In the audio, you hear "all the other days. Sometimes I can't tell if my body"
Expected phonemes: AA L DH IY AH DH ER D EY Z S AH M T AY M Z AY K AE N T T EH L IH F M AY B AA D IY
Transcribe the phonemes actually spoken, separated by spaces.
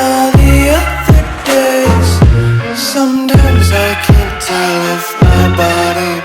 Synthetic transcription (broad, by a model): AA DH IY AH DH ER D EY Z S AH M T AY M Z AY K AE N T T EH L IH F M AY B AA D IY